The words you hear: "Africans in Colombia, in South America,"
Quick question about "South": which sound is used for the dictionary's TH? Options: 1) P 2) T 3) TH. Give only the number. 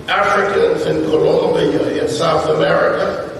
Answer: 3